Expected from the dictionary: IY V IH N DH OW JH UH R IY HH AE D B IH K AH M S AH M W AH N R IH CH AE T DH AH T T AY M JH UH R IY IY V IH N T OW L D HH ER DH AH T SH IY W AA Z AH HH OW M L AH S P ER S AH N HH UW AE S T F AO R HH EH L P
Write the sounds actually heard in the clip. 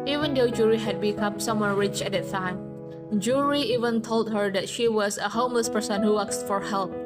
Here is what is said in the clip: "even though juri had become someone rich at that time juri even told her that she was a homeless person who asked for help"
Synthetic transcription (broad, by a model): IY V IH N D OW JH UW R IY HH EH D B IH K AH M S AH M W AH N R IH CH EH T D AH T T AY M JH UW R IY IY V IH N T OW L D HH ER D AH T SH IY W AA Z AH HH OW M L AH S P ER S AH N HH UW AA S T F AO R HH EH L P